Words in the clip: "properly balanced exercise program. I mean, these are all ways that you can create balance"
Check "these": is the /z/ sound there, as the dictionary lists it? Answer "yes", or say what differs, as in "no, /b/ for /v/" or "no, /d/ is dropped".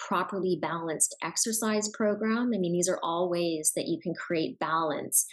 yes